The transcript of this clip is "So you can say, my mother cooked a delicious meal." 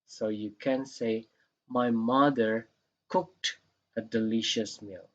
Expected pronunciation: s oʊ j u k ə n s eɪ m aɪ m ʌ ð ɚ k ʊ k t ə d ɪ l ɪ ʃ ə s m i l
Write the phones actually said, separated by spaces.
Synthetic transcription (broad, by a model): s oʊ j u k ə n s eɪ m aɪ m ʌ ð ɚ k ʊ k t ə d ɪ l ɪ ʃ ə s m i l